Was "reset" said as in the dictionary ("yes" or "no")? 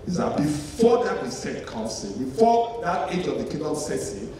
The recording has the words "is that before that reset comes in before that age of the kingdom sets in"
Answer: no